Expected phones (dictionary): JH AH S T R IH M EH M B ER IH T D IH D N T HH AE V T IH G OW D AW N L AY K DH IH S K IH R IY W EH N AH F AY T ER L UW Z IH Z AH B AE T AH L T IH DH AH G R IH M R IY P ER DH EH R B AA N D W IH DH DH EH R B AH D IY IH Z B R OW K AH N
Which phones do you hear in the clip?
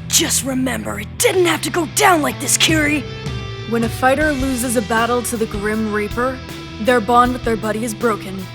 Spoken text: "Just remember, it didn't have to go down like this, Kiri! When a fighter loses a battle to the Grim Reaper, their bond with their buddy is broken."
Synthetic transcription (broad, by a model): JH AH S T R IH M EH M B ER IH T D IH D N T HH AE F T IH G OW D AW N L AY K DH IH S K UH R IY W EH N AH F AY T ER L UW Z IH Z AH B AE T L T IH DH AH G R IH M R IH P ER DH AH R B AA N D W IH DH DH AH R B AH D IY IH Z B R OW K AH N